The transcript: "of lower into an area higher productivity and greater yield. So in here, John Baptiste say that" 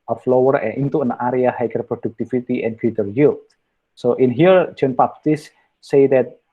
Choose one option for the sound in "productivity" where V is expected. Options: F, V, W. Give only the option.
F